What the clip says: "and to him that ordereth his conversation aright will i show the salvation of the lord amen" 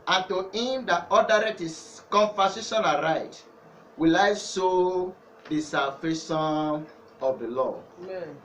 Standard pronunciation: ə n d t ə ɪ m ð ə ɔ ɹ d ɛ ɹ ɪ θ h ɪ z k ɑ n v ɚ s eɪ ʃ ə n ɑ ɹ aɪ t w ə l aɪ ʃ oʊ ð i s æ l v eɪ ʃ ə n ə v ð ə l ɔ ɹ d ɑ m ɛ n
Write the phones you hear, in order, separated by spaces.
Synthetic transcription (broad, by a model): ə n t ə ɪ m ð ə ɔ d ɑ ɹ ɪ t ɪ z k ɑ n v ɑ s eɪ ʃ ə n ɑ ɹ aɪ t w ə l aɪ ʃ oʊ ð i s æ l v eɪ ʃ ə n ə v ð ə l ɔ ɑ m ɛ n